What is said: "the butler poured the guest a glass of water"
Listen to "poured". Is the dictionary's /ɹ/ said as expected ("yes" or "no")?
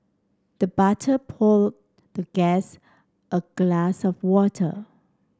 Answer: no